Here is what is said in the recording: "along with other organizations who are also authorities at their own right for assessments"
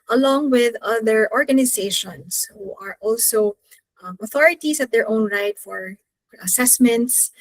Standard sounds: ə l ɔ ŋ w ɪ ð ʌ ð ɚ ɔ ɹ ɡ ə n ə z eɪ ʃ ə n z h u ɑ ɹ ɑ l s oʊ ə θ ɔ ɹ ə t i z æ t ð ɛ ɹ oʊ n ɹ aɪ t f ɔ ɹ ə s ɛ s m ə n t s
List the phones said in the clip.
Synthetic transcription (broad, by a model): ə l ɔ ŋ w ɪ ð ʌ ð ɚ ɔ ɹ ɡ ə n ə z eɪ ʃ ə n s h u ɑ ɹ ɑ l s oʊ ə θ ɔ ɹ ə t i s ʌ t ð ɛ ɹ oʊ n ɹ aɪ t f ɔ ɹ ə s ɛ s m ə n t s